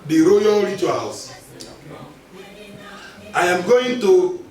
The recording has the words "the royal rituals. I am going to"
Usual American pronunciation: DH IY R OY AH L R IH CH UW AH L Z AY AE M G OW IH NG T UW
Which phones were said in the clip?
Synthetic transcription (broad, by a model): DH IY R OY AH L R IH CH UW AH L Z AY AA M G OW IH NG T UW